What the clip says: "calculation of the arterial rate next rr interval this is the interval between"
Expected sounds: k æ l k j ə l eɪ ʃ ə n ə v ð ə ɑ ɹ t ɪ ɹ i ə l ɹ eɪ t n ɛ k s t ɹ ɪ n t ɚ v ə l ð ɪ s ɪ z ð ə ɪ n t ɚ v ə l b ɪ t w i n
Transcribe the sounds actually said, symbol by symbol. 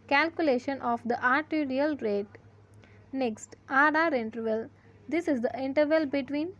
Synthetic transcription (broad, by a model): k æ l k j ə l eɪ ʃ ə n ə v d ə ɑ ɹ t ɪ ɹ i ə l ɹ eɪ t n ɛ k s t ɹ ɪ n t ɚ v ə l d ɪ s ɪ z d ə ɪ n t ɚ v ə l b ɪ t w i n